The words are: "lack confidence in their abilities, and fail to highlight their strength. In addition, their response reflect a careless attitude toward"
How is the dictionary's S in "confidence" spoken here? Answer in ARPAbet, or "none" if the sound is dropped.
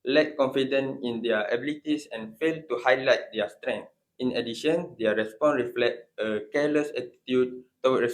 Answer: none